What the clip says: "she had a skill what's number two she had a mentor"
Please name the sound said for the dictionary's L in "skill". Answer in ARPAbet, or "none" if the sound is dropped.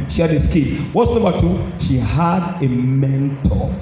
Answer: N